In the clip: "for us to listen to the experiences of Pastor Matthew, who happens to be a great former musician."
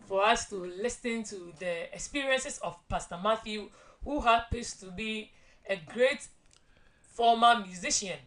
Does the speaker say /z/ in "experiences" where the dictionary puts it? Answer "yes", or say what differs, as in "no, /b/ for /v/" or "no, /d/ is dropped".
no, /s/ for /z/